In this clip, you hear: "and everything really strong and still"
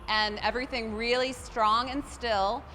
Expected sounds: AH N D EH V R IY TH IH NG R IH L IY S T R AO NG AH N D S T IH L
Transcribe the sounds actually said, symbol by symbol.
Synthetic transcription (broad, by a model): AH N EH V R IY TH IH NG R IH L IY S T R AO NG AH N S T IH L